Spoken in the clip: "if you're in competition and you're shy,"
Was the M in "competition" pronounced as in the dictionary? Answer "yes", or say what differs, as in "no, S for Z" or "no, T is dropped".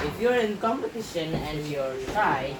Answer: yes